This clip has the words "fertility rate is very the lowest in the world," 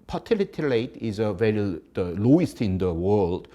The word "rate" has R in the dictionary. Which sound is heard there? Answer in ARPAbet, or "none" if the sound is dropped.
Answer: L